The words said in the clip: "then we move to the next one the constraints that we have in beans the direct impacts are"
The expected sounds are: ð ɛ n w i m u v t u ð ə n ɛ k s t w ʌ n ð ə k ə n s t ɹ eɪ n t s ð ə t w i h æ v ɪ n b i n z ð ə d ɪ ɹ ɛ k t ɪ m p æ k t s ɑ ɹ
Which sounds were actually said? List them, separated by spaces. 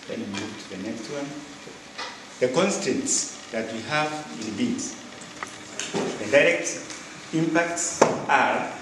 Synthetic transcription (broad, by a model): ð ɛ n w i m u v t u ð ə n ɛ k s t w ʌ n ð ə k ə n s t eɪ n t s ð ə t w i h v ɪ n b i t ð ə d ɪ ɹ ɛ k t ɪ m p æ k t s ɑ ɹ